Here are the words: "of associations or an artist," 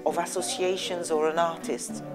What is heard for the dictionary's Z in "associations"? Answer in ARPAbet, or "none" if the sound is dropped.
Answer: Z